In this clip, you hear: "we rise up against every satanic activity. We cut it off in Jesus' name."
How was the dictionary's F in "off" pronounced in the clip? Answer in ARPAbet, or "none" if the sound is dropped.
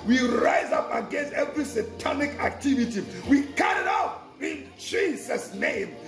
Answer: P